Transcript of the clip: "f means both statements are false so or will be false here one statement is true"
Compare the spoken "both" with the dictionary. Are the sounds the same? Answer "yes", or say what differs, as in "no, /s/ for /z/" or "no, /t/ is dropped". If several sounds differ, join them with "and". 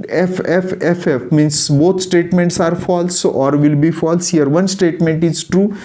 no, /t/ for /θ/